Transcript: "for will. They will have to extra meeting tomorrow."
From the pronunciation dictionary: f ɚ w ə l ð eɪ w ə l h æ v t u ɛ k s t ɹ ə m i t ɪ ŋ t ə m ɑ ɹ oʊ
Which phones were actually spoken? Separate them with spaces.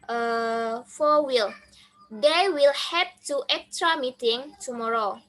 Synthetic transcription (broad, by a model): f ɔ w ə l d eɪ w ə l h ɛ p t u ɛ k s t ɹ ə m i t ɪ ŋ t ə m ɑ ɹ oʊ